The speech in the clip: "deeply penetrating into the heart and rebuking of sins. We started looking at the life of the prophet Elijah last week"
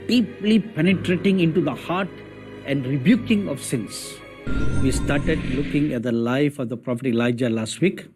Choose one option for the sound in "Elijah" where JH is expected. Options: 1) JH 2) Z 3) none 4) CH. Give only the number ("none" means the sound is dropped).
1